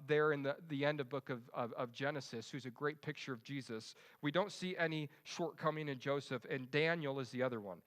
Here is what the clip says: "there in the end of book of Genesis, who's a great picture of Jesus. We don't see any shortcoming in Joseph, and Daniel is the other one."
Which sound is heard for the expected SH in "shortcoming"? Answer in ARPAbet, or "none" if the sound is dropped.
SH